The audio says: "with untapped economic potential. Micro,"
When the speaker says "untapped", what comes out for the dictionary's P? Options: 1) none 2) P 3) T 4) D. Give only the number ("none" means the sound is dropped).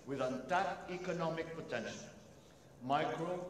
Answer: 1